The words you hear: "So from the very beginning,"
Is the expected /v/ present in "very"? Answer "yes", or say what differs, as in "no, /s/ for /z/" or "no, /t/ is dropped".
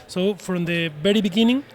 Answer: no, /b/ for /v/